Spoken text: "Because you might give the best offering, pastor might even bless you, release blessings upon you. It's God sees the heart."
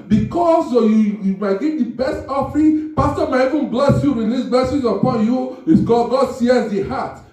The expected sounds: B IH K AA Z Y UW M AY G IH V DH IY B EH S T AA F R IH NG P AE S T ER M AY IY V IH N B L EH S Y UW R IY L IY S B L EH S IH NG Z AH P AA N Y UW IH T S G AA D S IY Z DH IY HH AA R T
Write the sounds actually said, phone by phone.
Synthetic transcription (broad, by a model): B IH K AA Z Y UW M AY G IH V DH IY B EH S T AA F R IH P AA S T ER M AY IY V IH N B L EH S Y UW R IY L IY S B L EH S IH Z AH P AA N Y UW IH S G G AA D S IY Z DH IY HH AA T